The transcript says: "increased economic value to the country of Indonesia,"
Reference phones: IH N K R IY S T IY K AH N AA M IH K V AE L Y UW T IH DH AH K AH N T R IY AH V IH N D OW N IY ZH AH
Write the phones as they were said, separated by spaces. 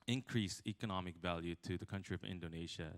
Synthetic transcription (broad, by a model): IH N K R IY S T IY K AH N AA M IH K V AE L Y UW T IH DH AH K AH N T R IY AH V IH N D OW N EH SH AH